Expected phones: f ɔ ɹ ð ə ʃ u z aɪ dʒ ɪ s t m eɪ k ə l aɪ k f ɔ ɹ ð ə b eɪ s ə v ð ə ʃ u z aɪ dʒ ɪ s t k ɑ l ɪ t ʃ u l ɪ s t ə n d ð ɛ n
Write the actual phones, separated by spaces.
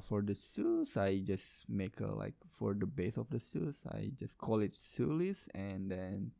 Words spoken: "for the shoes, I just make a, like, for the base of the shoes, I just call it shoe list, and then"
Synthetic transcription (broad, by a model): f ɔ ɹ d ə s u s aɪ dʒ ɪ s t m eɪ k ə l aɪ k f ɔ ɹ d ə b eɪ s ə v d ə s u s aɪ dʒ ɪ s k ɑ l ɪ t s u l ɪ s ə n d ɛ n